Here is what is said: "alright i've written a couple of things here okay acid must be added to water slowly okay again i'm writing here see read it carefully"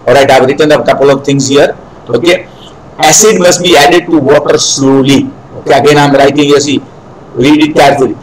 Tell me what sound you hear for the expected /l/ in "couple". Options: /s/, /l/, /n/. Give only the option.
/l/